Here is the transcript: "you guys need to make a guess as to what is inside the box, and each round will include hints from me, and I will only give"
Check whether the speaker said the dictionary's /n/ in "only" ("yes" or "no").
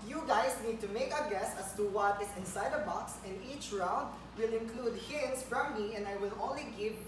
no